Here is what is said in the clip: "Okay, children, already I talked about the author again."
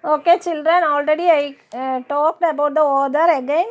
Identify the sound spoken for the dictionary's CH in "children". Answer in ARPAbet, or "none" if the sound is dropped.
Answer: CH